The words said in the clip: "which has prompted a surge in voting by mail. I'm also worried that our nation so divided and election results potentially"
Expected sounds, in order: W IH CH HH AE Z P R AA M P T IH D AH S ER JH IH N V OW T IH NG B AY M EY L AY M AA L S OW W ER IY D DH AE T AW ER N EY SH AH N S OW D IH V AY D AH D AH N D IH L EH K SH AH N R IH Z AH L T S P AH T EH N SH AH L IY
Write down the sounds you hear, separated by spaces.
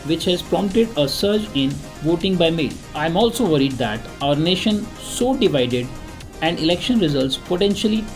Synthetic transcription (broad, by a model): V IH CH HH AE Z P R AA M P T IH D AH S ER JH IH N V OW T IH NG B AY M EY L AY M AA L S OW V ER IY D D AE T AW ER N EY SH AH N S OW D IH V AY D AH D AH N D IH L EH K SH AH N R IH Z AH L T S P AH T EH N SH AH L IY